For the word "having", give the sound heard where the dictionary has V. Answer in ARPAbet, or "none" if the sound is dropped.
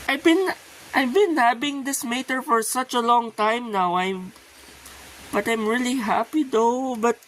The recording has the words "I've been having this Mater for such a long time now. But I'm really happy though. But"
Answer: B